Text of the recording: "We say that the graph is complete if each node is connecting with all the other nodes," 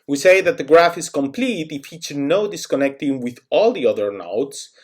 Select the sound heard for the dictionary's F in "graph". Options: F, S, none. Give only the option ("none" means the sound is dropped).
F